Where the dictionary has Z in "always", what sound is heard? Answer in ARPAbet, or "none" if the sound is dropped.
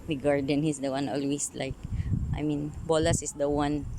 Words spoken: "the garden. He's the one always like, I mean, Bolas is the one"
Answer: S